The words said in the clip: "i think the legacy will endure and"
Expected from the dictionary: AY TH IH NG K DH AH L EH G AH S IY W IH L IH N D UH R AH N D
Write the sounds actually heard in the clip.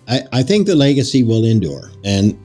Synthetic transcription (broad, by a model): AY TH IH NG K DH AH L EH G AH S IY W IH L IH N D UH R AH N